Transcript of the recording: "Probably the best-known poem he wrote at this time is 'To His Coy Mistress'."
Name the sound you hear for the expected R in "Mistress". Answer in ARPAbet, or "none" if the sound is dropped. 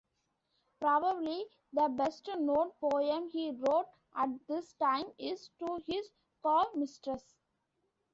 R